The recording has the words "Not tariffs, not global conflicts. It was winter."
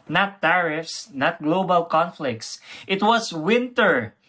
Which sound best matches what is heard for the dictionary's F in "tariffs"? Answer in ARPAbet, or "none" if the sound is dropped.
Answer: F